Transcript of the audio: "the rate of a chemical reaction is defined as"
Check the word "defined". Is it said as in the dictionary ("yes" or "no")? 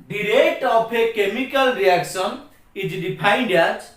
no